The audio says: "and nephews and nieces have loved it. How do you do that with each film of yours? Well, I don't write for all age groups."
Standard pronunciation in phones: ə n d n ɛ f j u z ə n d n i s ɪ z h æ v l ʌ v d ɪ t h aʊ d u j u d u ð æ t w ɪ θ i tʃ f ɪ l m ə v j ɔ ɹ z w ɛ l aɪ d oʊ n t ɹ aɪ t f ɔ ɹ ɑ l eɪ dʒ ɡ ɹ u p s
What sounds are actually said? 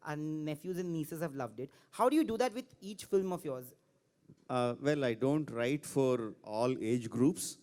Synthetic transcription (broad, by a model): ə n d n ɛ f j u z ə n d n i s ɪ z h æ v l ʌ v d ɪ t h aʊ d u j u d u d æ t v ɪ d i tʃ f ɪ l m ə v j ɔ ɹ z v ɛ l aɪ d oʊ n t ɹ aɪ t f ɔ ɹ ɑ l eɪ dʒ ɡ ɹ u p s